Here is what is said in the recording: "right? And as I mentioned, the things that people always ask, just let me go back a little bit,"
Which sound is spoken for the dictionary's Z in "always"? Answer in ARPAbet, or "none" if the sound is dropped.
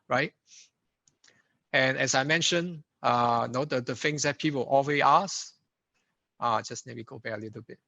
none